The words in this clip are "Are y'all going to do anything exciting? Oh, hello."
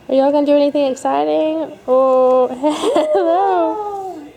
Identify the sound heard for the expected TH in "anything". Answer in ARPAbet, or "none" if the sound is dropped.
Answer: TH